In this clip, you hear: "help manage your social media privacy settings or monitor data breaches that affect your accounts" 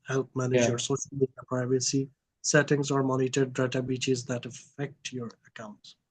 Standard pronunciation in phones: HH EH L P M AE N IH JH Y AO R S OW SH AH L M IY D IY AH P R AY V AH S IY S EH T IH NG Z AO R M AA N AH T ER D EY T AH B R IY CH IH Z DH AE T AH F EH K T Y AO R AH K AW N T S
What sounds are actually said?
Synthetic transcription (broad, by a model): HH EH L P M AE N IH JH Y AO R S OW SH AH L M IY D IY AH P R AY V AH S IY S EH T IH NG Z AO R M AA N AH T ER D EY T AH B IY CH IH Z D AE T AH F EH K T Y AO R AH K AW N T S